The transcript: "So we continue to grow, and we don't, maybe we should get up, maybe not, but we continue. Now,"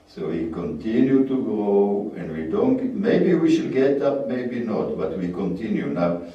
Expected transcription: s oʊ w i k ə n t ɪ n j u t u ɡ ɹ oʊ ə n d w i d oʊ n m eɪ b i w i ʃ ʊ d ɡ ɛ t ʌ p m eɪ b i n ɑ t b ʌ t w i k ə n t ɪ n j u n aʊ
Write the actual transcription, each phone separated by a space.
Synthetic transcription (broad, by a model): s oʊ w i k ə n t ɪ n j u t u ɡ oʊ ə n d w i d oʊ n m eɪ b i w i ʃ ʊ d ɡ ɛ t ʌ p m eɪ b i n ɑ t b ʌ t w i k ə n t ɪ n j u n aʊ